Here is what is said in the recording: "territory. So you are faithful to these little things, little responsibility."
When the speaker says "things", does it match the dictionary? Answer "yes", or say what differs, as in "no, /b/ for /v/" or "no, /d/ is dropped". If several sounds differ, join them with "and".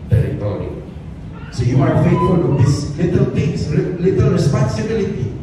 no, /t/ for /θ/ and /s/ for /z/